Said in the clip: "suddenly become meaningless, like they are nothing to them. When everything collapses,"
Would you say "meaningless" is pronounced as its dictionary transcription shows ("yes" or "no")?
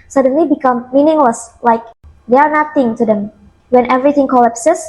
yes